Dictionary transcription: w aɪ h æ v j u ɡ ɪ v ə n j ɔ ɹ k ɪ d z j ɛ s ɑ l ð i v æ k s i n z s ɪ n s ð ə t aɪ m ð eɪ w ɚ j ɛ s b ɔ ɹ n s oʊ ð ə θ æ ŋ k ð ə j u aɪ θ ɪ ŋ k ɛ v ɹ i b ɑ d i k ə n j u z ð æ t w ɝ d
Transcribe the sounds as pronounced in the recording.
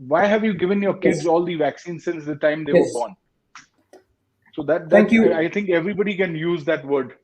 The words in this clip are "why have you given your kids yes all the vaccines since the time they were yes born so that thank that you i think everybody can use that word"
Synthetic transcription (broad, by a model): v aɪ h æ v j u ɡ ɪ v ə n j ɔ ɹ k ɪ d z ɑ l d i v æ k s i n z s ɪ n s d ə t aɪ m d eɪ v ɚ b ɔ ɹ n s oʊ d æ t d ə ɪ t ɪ ŋ k ɛ v ɹ i b ɑ d i k ə n j u z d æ t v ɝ d